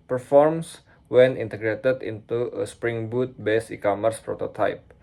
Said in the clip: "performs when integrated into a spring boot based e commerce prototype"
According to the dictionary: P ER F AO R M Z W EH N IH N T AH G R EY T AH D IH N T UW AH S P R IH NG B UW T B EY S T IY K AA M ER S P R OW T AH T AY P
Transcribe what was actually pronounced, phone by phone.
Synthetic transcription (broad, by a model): P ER F AO R M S W EH N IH N T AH G R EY T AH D IH N T UW AH S P R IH NG B UW T B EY S IY K AA M ER S P R OW T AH T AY P